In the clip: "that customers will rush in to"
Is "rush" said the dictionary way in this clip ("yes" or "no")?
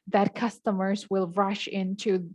yes